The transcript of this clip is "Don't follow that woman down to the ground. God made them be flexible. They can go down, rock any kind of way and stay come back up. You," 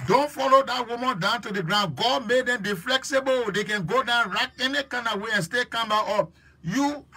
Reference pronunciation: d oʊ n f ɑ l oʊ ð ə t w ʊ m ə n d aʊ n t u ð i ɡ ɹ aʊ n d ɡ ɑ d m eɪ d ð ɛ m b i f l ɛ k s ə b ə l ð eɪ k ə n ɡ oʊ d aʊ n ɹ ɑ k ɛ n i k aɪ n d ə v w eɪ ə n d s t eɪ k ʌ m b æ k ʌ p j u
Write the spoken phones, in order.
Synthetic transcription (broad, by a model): d oʊ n f ɑ l oʊ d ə t w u m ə n d aʊ n t u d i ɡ ɹ aʊ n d ɡ ɑ d m eɪ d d ɛ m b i f l ɛ k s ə b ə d eɪ k ə n ɡ oʊ d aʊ n ɹ ɑ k ɛ n i k aɪ n ə w eɪ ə n s t eɪ k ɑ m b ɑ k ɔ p j u